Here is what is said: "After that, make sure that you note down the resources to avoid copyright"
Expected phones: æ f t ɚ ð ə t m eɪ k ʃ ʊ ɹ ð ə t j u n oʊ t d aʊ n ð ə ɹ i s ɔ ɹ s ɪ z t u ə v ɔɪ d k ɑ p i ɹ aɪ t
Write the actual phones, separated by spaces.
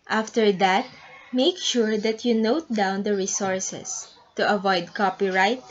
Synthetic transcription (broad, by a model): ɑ f t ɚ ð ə t m eɪ k ʃ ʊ ɹ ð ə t j u n oʊ t d aʊ n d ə ɹ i s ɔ ɹ s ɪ s t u ə v ɔɪ d k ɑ p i ɹ aɪ t